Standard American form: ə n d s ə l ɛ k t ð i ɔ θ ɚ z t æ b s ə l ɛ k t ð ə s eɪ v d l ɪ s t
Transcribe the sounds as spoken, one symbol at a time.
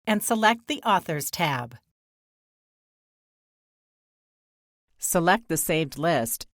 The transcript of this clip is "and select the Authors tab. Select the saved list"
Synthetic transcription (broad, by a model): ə n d s ə l ɛ k t ð i ɔ θ ɚ z t æ b s ə l ɛ k t ð ə s eɪ v d l ɪ s t